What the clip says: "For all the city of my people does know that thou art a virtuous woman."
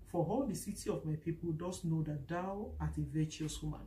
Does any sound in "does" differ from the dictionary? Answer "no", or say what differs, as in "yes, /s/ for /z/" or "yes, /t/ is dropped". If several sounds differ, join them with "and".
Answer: yes, /s/ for /z/